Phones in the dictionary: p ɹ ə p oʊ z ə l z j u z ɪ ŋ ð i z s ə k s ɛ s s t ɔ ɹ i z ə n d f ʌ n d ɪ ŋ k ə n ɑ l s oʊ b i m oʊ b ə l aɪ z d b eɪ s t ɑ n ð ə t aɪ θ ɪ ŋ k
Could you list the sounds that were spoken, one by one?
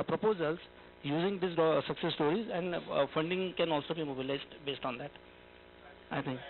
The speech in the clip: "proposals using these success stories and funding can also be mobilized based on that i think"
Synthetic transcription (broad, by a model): p ɹ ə p oʊ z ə l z j u z ɪ ŋ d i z s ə k s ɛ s s t ɔ ɹ i z ə n d f ʌ n d ɪ ŋ k ə n ɑ l s oʊ b i m oʊ b ə l aɪ z d b eɪ s t ɑ n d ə t aɪ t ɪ ŋ k